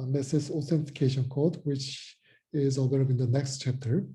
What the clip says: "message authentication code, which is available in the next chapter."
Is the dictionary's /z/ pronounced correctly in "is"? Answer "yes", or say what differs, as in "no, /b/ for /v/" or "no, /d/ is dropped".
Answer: yes